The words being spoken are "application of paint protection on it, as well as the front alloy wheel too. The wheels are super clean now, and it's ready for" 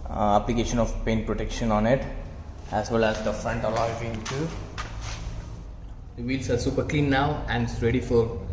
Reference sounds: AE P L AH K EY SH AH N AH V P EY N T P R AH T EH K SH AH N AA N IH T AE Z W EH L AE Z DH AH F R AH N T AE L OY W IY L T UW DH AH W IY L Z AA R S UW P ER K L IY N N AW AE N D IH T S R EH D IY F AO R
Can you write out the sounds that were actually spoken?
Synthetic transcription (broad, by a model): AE P L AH K EY SH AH N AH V P EY N T P R AH T EH K SH AH N AA N IH T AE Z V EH L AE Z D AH F R AH N T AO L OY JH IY N T UW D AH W IY L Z AA R S UW P ER K L IY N N AW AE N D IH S R EH D IY F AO R